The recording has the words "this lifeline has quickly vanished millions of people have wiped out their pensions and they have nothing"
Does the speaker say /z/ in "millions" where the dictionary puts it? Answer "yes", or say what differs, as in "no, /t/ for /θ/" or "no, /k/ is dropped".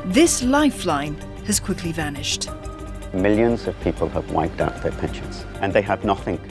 yes